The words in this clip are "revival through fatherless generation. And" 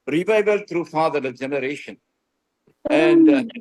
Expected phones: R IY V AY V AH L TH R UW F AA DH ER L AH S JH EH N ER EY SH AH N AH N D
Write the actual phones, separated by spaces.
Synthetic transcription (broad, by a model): R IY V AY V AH L T R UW F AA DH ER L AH JH EH N ER EY SH AH N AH N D